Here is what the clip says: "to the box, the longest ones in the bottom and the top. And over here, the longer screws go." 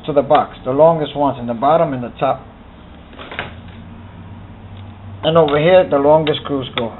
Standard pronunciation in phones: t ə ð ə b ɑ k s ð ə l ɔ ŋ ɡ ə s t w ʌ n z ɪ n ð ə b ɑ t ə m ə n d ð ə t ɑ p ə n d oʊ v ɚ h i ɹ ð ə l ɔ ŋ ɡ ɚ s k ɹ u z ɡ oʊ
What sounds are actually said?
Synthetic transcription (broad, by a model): t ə ð ə b ɑ k s ð ə l ɔ ŋ ɡ ə s t w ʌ n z ɪ n ð ə b ɑ t ə m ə n ð ə t ɑ p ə n oʊ v ɚ h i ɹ ð ə l ɔ ŋ ɡ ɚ s k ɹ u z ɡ oʊ